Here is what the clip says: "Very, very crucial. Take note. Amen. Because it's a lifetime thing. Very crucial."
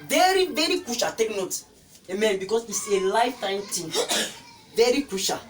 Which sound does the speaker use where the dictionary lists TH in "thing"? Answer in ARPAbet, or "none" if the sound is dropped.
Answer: T